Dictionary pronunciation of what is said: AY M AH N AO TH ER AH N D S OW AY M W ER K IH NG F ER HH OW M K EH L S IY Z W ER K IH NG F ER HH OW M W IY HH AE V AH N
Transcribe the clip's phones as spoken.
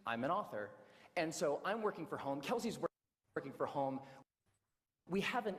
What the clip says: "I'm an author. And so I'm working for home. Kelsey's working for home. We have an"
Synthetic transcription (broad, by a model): AY M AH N AO TH ER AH N S OW AY M W ER K IH NG F ER HH OW M K EH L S IY Z W ER K IH NG F ER HH OW M W IY HH AE V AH N